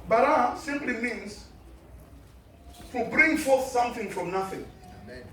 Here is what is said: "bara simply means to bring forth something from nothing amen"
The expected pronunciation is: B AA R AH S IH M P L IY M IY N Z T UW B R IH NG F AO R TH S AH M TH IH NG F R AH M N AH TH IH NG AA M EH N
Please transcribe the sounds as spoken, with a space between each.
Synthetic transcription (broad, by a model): B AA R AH S IH M P L IY M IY N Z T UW B R IH NG F AO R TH S AH M TH IH NG F R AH M N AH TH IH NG